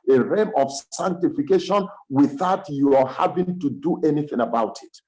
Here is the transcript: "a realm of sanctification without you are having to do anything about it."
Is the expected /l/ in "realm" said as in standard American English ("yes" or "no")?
no